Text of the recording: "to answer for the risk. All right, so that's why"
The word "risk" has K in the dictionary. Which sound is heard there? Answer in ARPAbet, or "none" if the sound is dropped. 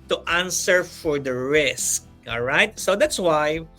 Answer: K